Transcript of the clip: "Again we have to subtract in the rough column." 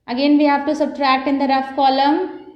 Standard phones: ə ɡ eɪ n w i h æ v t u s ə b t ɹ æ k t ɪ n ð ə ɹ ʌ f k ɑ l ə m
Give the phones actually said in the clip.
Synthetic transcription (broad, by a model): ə ɡ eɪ n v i h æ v t u s ə b t ɹ æ k t ɪ n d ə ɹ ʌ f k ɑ l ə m